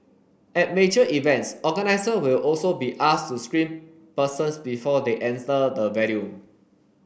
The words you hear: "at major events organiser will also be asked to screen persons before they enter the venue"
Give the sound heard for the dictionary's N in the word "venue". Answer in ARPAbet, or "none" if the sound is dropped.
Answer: L